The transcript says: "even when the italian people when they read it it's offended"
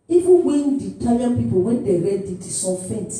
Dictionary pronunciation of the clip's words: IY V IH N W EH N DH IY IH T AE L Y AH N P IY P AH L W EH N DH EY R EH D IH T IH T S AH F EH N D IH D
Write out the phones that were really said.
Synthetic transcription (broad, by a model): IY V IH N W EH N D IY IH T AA Y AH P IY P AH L W EH N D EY R EH D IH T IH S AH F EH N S